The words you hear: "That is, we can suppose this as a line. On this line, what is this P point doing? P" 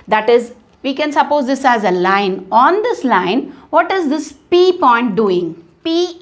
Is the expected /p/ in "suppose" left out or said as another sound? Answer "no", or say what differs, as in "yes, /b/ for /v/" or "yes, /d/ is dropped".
no